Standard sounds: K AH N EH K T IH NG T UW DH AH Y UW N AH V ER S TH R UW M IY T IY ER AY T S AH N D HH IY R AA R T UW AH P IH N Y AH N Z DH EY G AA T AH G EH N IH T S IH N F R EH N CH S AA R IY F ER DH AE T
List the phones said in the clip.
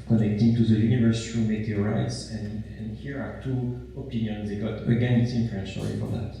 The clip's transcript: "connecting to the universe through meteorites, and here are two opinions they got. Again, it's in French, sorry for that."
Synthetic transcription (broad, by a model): K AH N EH K T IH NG T UW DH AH Y UW N AH V ER S T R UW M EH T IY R AY T S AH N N HH IY R AA R T UW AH P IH N Y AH N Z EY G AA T AH G EH N IH T S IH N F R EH N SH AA L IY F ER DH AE T